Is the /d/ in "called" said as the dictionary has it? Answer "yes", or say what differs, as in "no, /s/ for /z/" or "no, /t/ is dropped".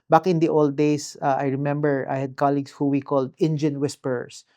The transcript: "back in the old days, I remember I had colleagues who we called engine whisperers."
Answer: yes